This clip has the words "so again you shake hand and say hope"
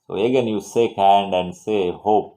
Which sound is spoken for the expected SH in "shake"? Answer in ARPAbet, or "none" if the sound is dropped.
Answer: S